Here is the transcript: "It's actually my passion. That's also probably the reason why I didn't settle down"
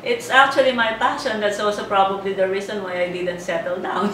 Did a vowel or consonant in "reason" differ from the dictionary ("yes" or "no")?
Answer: yes